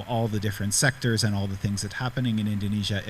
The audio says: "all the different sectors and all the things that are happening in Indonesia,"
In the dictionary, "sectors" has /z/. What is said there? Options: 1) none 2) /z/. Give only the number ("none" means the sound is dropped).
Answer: 2